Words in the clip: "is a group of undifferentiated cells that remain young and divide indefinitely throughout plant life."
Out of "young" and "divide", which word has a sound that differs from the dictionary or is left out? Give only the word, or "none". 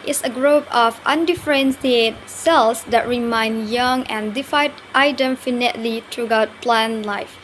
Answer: divide